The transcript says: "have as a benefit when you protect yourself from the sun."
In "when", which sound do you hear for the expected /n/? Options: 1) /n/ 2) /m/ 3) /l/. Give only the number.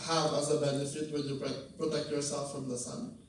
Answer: 3